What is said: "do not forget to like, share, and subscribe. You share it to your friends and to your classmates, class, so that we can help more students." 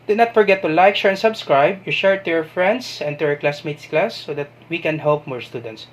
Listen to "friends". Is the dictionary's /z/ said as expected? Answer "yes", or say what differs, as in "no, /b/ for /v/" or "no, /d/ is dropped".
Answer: no, /s/ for /z/